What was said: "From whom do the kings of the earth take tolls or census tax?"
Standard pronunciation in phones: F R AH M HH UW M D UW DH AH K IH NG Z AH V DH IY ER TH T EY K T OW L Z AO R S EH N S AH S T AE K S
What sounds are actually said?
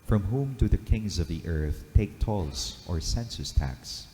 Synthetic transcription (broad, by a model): F R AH M HH UW M D UW DH AH K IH NG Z AH V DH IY ER TH T EY K T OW L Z AO R S EH N S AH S T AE K S